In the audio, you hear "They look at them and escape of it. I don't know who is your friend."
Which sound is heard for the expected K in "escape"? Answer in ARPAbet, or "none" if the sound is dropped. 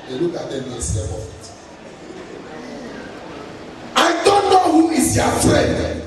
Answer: none